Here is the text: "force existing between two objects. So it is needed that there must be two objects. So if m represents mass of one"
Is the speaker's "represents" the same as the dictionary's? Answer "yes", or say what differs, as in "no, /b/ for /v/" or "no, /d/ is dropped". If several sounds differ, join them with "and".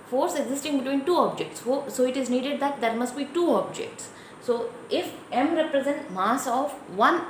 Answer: no, /s/ is dropped